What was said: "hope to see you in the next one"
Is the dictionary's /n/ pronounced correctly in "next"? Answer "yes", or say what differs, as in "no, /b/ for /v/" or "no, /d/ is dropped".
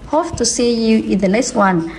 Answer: no, /l/ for /n/